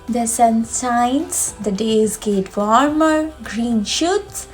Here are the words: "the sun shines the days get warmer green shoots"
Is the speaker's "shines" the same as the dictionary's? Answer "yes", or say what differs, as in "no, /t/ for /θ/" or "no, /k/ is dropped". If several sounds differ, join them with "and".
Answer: no, /s/ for /ʃ/